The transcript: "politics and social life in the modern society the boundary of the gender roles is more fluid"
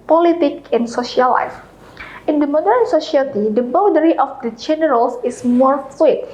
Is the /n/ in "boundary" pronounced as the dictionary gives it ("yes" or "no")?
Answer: no